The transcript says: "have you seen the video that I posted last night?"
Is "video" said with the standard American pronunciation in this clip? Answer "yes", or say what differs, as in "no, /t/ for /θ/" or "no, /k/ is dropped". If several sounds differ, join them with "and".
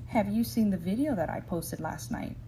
yes